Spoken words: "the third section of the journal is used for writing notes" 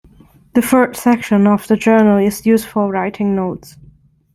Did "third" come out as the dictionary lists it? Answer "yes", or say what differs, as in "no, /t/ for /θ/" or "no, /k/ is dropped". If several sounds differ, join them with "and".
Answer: no, /f/ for /θ/